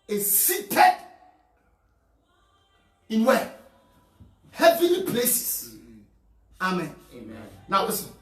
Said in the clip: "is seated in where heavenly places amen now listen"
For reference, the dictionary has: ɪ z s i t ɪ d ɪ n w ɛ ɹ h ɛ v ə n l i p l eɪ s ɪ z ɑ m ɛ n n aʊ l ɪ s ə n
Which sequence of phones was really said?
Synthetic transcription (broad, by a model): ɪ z s i t ɪ d ɪ n w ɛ h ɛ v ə l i p l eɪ s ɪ s ɑ m ɛ n n aʊ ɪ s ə